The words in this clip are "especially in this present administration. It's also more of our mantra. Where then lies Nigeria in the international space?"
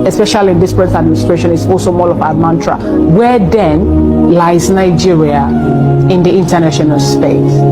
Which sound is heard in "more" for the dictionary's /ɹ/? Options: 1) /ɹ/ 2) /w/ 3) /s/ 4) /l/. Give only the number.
4